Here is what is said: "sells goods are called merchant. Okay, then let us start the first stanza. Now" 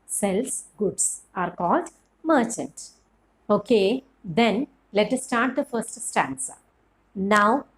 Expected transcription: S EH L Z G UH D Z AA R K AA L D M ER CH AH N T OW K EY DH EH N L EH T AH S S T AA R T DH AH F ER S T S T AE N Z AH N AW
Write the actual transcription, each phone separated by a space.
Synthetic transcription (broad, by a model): S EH L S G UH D S AA R K AA L D M ER CH AH N T OW K EY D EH N L EH T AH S S T AA R T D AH F ER S T S T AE N S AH N AW